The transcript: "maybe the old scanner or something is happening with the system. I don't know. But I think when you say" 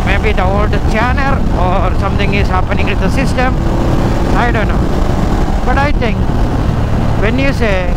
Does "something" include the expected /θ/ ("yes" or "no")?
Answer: no